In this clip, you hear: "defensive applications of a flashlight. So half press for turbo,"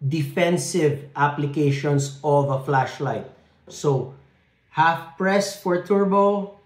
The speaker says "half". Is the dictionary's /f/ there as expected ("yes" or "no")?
yes